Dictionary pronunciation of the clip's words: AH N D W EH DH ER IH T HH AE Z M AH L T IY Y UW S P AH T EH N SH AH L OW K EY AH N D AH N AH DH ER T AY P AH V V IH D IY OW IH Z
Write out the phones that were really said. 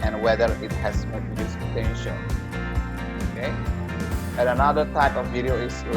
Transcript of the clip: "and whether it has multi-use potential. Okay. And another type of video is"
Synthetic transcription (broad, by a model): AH N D W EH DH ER IH T HH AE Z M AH T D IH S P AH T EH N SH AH N OW K EY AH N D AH N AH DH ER T AY P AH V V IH D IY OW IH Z